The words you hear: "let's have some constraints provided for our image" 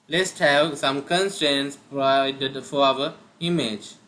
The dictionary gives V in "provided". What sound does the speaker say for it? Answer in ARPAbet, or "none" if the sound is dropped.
none